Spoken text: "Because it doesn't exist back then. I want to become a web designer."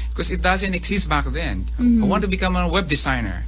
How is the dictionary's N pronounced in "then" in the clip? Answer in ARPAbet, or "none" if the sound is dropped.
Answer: N